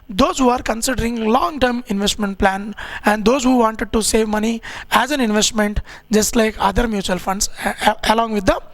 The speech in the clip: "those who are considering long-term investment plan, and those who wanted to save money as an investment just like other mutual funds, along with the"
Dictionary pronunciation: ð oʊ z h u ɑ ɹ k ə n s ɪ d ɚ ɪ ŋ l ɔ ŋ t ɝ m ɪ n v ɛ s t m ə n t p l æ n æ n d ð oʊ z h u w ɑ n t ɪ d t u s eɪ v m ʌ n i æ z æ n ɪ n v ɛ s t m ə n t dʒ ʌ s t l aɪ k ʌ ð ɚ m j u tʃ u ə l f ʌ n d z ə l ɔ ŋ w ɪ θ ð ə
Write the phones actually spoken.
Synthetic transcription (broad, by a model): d oʊ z h u ɑ ɹ k ə n s ɪ d ɚ ɪ ŋ l ɔ ŋ t ɝ m ɪ n v ɛ s t m ə n t p l æ n æ n d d oʊ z h u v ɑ n t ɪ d t u s eɪ v m ʌ n i æ z æ n ɪ n v ɛ s t m ə n t dʒ ʌ s t l aɪ k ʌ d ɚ m j u tʃ u ə l f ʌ n d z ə l ɔ ŋ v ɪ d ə